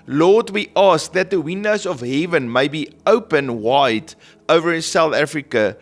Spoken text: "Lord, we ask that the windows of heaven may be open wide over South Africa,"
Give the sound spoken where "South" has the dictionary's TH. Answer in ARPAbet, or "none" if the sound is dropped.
TH